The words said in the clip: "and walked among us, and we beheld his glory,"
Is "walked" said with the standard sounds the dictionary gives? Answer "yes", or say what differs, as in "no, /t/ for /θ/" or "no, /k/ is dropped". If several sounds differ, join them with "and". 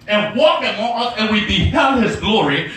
no, /t/ is dropped